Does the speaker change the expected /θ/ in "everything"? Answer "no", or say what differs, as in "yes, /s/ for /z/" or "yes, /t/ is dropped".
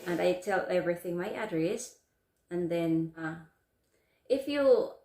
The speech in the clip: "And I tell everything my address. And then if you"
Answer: no